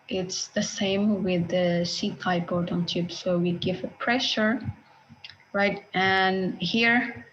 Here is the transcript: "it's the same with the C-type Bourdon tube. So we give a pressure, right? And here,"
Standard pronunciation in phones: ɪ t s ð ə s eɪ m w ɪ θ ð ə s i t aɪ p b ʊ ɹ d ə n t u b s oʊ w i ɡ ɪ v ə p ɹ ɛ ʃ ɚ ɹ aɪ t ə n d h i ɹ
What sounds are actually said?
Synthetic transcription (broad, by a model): ɪ t s ð ə s eɪ m w ɪ ð ə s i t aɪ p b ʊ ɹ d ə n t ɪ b s oʊ w i ɡ ɪ v ə p ɹ ɛ ʃ ɚ ɹ aɪ t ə n h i ɹ